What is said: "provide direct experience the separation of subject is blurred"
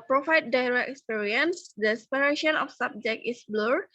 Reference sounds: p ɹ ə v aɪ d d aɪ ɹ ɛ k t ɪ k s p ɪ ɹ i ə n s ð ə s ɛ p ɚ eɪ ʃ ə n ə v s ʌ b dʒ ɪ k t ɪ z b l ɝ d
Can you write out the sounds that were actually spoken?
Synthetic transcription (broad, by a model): p ɹ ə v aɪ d d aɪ ɹ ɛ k ɪ k s p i ɹ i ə n s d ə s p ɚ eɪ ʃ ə n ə f s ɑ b dʒ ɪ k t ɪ s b l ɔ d